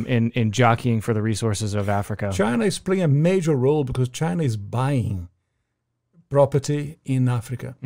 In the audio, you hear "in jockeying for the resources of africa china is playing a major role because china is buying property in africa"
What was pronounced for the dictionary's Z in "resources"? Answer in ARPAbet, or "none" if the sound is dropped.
Z